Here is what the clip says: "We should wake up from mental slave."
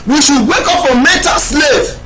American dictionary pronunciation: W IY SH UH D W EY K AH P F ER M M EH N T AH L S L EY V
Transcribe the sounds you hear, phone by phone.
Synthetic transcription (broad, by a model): W IY SH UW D W EY K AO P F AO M M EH T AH S L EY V